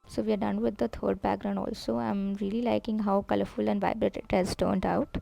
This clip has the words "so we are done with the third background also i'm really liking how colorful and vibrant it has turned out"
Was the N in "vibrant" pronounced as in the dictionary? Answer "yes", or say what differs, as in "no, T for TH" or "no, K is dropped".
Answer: no, N is dropped